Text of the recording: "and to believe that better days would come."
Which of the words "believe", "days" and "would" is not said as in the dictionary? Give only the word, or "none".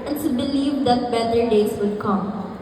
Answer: days